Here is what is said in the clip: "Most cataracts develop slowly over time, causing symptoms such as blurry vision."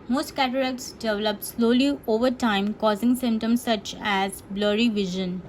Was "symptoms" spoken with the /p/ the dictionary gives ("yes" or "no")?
no